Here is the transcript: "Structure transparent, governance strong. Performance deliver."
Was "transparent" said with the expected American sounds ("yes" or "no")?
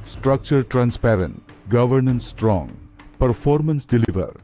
yes